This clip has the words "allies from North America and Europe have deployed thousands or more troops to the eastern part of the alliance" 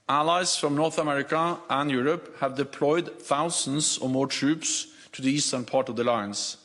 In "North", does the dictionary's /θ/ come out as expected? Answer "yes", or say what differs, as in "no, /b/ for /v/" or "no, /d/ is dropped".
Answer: yes